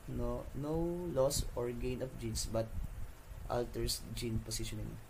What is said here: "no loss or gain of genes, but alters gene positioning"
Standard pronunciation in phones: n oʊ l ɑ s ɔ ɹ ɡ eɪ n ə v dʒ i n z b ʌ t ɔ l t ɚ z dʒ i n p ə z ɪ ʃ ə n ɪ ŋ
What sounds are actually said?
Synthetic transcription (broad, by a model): n oʊ l ɑ s ɔ ɹ ɡ eɪ n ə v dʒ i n s b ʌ t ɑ l t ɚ s dʒ i n p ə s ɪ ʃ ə n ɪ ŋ